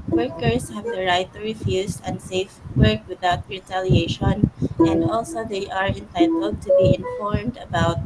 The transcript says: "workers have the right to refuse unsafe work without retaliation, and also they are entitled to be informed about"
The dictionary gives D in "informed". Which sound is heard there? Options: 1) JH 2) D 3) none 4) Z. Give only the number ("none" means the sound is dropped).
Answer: 2